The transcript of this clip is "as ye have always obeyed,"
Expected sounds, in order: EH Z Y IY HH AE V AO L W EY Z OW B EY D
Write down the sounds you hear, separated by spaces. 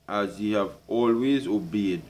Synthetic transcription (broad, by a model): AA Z Y IY HH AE V AO L W EY Z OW B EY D